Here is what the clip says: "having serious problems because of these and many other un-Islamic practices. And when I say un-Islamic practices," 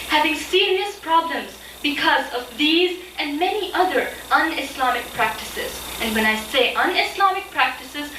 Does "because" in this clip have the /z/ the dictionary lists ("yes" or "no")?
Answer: yes